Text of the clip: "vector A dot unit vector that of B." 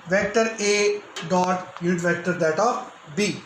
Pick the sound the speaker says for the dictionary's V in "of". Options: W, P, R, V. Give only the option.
P